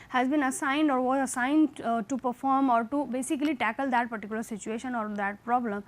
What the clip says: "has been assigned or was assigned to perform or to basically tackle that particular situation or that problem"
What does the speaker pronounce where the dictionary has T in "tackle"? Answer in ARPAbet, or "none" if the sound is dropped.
T